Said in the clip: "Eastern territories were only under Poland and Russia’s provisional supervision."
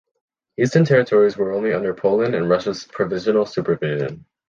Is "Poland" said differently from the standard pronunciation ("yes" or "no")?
yes